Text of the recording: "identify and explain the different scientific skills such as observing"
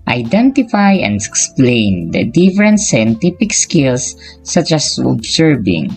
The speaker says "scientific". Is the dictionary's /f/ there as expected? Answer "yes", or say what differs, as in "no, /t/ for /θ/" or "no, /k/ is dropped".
no, /p/ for /f/